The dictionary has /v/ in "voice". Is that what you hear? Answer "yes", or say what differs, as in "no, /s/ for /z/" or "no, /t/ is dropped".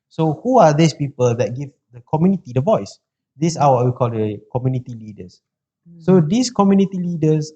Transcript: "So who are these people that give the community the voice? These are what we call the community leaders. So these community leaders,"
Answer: yes